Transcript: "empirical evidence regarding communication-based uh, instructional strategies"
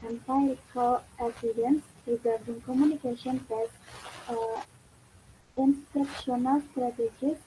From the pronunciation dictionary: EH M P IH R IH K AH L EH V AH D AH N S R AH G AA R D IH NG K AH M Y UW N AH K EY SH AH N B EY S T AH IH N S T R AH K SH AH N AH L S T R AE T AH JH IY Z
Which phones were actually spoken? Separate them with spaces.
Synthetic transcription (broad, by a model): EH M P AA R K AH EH P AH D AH N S R AH G AA R D IH NG K AH M Y UW N AH K EY SH AH N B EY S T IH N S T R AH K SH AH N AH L S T R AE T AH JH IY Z